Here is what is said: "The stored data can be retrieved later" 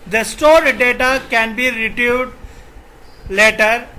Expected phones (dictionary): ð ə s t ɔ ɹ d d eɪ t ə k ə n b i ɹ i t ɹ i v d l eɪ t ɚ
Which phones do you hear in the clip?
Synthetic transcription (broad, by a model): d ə s t ɔ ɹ d d eɪ t ə k ə n b i ɹ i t i d l eɪ t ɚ